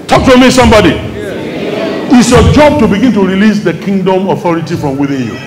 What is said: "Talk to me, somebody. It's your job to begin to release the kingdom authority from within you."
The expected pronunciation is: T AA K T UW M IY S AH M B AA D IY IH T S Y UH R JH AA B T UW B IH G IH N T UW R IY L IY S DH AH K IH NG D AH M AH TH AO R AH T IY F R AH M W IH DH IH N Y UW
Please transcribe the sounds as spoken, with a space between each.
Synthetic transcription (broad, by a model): T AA K T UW M IY S AH M B AA D IY IH T S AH JH AA B T UW B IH G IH N T UW R IY L IY S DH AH K IH NG D AH M AH TH AO R AH T IY F R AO M W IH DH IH N Y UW